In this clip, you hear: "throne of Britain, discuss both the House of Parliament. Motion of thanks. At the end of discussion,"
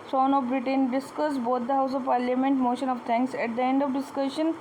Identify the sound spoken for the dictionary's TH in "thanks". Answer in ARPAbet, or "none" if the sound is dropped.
T